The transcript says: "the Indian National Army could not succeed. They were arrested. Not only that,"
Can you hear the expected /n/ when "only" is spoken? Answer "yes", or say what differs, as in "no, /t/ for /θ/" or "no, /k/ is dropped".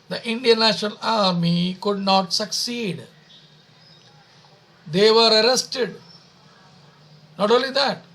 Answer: yes